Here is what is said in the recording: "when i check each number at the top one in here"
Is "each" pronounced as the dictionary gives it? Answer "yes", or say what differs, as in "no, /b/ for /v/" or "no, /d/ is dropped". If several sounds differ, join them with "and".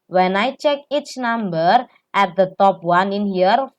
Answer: yes